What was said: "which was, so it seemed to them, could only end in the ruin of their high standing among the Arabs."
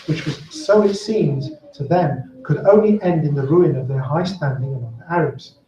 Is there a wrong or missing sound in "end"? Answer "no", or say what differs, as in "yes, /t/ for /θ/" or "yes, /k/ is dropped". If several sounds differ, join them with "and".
no